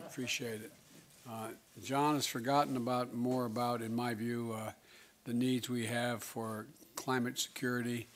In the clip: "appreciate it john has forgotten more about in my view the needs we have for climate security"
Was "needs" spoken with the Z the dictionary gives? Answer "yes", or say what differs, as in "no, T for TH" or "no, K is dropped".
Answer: yes